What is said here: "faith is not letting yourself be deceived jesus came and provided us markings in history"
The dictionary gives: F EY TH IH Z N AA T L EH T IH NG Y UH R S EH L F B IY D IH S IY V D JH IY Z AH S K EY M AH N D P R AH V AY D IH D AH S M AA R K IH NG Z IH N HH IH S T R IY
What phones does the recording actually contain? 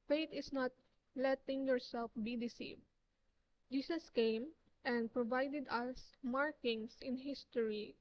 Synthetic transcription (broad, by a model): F EY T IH S N AA T L EH T IH NG Y UH R S EH L F B IY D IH S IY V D JH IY S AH S K EY M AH N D P R AH V AY D IH D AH S M AA R K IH NG S IH N HH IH S T R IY